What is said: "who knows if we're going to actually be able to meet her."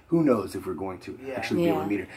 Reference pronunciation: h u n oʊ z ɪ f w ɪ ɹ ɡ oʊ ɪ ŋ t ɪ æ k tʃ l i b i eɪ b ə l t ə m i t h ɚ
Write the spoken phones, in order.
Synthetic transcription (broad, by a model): h u n oʊ z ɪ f w ɪ ɹ ɡ oʊ ɪ ŋ t ɪ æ k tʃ i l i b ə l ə m i t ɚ